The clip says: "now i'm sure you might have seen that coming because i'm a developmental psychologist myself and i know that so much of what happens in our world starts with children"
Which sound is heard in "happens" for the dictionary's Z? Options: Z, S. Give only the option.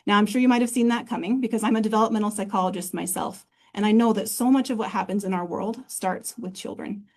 Z